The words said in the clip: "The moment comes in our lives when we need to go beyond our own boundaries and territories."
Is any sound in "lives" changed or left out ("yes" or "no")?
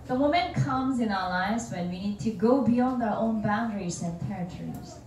no